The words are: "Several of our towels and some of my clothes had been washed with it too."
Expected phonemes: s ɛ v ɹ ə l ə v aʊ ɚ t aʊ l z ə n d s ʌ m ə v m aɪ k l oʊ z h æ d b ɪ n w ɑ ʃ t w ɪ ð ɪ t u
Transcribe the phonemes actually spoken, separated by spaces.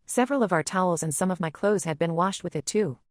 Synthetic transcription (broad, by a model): s ɛ v ɹ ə l ə v aʊ ɚ t aʊ l z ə n s ʌ m ə v m aɪ k l oʊ z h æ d b ɪ n w ɑ ʃ t w ɪ ð ɪ t u